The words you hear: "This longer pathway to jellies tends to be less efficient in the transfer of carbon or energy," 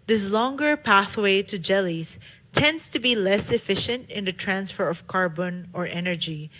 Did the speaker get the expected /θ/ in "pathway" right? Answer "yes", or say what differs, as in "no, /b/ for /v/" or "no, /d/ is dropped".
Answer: yes